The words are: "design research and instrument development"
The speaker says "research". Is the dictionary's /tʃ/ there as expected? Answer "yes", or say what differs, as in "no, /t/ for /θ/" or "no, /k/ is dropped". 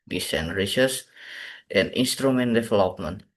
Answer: no, /s/ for /tʃ/